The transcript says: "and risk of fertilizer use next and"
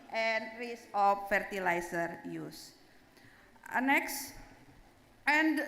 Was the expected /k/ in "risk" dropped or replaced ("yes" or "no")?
yes